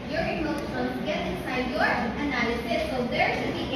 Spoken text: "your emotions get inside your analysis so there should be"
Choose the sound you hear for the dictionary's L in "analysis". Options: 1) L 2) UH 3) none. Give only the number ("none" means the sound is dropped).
3